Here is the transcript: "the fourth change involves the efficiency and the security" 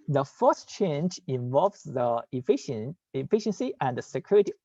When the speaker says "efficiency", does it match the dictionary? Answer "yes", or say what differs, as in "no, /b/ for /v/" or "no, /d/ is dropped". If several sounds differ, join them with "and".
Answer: yes